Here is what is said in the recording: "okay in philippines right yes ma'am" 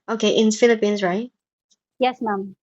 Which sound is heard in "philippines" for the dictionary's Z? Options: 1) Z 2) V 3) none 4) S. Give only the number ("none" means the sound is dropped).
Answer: 1